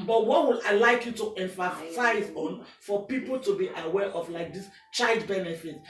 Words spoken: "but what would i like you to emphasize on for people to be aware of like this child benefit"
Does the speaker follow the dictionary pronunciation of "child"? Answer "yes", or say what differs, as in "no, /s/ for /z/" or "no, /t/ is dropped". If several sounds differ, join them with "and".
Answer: yes